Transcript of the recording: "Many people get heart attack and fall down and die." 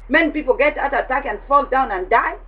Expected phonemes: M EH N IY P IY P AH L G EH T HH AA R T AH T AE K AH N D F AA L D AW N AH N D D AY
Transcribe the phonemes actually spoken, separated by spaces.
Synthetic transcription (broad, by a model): M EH N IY P IY P AH L G EH T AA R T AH T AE K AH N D F AA L D AW N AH N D D AY